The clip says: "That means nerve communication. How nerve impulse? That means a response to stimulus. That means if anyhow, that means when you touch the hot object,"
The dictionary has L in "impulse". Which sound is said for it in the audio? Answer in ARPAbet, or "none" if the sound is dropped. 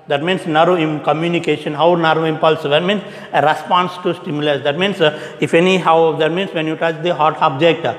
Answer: L